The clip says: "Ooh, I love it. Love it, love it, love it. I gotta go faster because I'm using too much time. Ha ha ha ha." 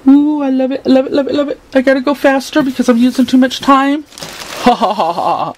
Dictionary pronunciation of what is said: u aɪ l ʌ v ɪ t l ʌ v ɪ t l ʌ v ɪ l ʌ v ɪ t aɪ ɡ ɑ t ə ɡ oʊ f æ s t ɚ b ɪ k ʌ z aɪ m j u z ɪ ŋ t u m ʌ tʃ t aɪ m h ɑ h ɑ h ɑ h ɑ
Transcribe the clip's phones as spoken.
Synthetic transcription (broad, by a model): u aɪ l ʌ v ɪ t l ʌ v ɪ t l ʌ v ɪ l ʌ v ɪ t aɪ ɡ ɑ t ə ɡ oʊ f æ s t ɚ b ɪ k ʌ z aɪ m j u z ɪ ŋ t u m ʌ tʃ t aɪ m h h h ɑ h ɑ